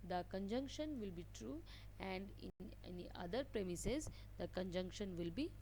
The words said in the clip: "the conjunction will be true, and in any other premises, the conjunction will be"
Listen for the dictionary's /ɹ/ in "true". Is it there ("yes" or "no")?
yes